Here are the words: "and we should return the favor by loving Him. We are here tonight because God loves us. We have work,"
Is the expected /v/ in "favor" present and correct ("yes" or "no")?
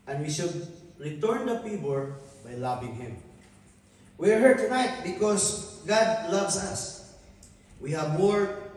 no